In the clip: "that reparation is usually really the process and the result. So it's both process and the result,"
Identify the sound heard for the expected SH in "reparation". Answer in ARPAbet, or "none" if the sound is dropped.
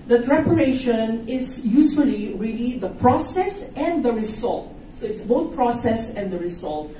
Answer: SH